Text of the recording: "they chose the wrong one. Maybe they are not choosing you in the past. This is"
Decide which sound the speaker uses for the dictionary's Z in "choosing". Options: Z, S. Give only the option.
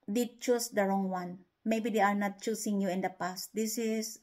S